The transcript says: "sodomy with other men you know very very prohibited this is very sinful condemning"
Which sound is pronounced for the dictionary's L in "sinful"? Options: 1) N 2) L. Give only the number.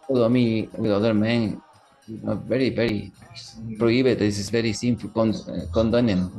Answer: 1